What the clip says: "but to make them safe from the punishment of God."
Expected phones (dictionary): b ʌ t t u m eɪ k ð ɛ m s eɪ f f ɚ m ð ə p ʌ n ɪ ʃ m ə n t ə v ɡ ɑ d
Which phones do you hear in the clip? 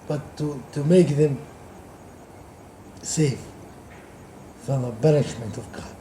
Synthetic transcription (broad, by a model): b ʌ t t u m eɪ k ð ɛ m s eɪ f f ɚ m ð ə b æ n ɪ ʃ m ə n t ə v ɡ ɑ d